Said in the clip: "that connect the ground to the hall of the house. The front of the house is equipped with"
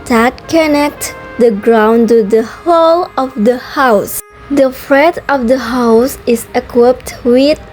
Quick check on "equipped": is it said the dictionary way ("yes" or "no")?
yes